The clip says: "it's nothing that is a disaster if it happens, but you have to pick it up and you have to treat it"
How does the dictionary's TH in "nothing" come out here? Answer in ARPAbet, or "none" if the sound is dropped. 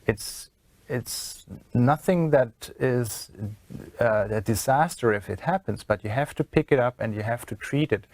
TH